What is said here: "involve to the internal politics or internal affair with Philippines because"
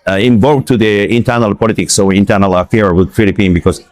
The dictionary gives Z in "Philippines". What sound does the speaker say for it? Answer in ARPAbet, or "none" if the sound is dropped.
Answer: none